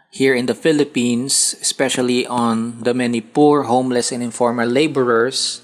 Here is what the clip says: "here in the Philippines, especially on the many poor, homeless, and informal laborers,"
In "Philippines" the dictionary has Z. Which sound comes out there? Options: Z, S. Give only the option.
S